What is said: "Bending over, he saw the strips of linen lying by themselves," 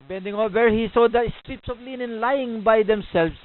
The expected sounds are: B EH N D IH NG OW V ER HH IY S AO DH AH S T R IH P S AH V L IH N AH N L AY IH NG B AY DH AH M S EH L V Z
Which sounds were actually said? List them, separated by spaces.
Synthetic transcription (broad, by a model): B EH N D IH NG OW W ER HH IY S AO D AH S T R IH P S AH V L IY N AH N L AY IH NG B AY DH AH M S EH L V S